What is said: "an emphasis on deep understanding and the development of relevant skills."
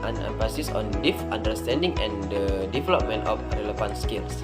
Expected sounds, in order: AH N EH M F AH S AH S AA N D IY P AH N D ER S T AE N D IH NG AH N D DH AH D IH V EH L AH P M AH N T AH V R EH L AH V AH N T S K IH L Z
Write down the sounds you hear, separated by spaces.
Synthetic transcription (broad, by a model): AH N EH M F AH S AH S AA N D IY F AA N D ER S T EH N D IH NG AH N D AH D IH V EH L AH P M AH N T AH F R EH L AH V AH N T S K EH L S